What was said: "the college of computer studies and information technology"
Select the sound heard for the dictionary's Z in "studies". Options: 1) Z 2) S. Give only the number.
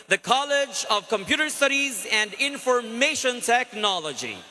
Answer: 1